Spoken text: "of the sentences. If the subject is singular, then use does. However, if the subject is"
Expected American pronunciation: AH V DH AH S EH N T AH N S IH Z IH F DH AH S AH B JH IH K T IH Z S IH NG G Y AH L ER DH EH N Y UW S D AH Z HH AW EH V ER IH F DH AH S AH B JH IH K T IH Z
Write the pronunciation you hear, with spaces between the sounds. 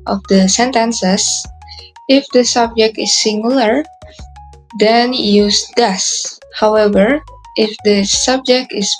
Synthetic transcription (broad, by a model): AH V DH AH S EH N T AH N S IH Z IH F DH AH S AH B JH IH K T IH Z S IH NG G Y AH L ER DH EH N Y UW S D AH S HH AW EH V ER IH F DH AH S AH B JH IH K T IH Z